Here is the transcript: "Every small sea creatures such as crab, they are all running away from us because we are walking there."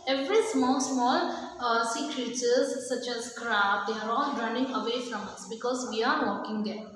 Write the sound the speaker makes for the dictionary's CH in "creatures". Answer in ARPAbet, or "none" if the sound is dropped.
S